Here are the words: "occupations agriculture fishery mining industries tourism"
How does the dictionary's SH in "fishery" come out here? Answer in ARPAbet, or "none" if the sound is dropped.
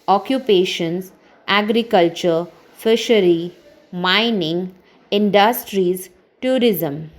SH